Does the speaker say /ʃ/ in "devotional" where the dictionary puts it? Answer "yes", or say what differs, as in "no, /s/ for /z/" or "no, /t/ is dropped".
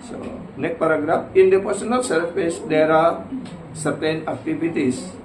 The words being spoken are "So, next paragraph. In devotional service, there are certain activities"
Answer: no, /s/ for /ʃ/